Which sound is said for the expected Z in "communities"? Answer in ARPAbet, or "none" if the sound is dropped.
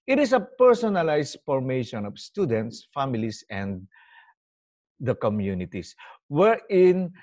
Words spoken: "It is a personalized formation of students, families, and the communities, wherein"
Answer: S